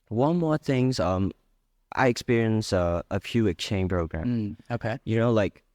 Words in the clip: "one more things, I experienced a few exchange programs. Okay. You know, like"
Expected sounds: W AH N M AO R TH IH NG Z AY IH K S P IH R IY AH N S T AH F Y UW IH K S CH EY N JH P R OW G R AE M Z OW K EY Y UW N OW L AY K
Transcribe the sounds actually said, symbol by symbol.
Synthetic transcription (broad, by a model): W AH N M AO R TH IH NG Z AY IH K S P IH R IY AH N S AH AH F Y UW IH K CH EY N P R OW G R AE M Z OW K EY Y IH N OW L AY K